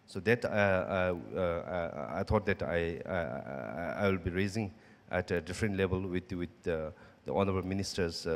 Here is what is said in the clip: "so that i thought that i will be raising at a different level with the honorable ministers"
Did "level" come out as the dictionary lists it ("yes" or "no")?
no